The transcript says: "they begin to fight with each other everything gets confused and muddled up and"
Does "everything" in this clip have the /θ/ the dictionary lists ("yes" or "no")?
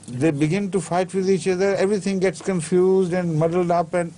no